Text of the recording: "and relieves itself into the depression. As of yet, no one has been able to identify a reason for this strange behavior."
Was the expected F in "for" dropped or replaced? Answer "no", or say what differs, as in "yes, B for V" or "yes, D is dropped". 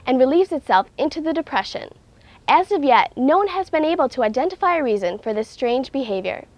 no